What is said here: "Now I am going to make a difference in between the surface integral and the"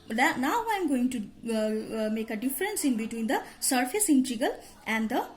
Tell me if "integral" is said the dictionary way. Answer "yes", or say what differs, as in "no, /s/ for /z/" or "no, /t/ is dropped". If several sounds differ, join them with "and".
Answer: no, /ɹ/ is dropped